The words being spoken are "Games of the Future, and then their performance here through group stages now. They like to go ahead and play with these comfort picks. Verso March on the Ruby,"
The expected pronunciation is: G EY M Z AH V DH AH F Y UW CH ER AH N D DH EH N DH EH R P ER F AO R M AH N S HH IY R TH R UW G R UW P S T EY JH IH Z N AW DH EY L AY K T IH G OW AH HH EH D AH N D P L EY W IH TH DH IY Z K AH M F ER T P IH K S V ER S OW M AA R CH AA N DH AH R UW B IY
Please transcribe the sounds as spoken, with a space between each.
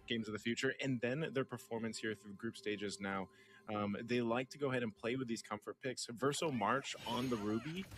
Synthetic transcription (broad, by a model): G EY M Z AH V DH AH F Y UW CH ER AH N DH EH N DH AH R P ER F AO R M AH N S HH IY R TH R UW G R UW P S T EY JH IH Z N AW DH EY L AY K T IH G OW AH HH EH D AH N P L EY W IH DH IY Z K AH M F ER T P IH K S V ER S OW M AA R CH N DH AH R UW B IY